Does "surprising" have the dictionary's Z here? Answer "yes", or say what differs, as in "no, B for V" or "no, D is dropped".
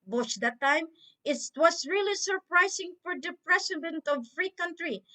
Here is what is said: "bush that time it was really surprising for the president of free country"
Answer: no, S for Z